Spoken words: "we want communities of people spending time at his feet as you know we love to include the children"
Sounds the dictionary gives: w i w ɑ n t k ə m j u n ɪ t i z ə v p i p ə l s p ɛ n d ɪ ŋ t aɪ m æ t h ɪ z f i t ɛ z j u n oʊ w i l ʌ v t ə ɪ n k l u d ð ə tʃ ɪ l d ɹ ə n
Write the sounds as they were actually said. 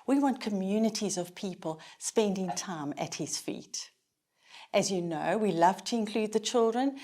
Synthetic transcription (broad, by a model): w i w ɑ n k ə m j u n ɪ t i z ə v p i p ə l s p ɛ n d ɪ ŋ t aɪ m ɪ t h ɪ z f i t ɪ z j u n oʊ w i l ʌ v t ə ɪ n k l u d ð ə tʃ ɪ l d ɹ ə n